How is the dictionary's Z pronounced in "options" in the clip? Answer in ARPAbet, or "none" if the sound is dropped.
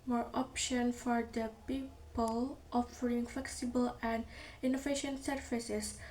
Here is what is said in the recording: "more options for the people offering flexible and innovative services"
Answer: none